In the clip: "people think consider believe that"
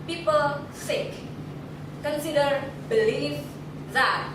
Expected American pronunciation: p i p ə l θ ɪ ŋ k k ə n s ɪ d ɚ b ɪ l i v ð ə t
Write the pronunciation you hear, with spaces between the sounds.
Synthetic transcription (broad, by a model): p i p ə l s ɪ k k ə n s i d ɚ b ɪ l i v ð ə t